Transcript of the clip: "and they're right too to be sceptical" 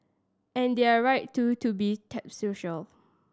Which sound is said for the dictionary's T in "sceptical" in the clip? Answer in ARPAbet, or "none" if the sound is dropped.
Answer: S